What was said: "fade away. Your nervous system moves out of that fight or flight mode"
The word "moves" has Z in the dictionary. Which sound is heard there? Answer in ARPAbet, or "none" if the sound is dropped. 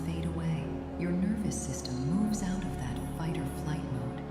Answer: Z